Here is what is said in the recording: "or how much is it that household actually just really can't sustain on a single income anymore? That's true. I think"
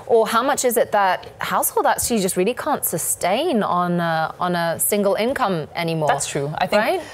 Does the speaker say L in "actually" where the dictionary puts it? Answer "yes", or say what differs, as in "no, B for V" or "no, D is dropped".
no, L is dropped